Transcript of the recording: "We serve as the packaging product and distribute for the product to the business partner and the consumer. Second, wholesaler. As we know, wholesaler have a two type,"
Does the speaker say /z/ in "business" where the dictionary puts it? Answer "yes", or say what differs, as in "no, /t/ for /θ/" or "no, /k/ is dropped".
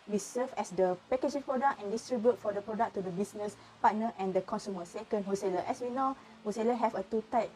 no, /s/ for /z/